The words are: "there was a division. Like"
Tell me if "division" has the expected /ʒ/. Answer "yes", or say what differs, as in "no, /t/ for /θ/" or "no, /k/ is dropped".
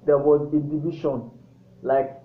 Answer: no, /ʃ/ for /ʒ/